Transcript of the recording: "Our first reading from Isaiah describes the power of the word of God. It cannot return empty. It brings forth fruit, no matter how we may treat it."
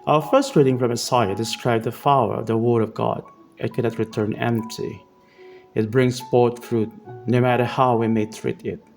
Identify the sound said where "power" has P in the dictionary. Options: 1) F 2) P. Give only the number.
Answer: 1